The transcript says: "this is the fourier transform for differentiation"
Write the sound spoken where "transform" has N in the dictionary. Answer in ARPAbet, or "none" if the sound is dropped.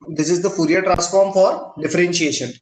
none